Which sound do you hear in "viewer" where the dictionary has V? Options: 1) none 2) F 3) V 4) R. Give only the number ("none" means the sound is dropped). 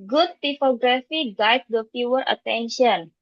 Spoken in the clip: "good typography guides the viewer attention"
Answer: 2